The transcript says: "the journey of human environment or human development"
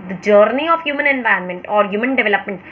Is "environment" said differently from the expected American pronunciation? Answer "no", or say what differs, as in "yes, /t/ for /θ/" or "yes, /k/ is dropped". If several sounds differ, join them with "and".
yes, /ɹ/ is dropped